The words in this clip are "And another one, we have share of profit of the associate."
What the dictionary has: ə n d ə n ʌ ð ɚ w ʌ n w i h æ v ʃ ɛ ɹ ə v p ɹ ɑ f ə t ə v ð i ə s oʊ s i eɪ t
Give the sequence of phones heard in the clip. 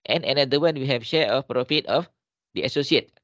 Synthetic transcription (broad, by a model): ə n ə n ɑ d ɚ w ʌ n w i h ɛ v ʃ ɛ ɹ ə f p ɹ ɑ f ə t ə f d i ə s oʊ s i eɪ t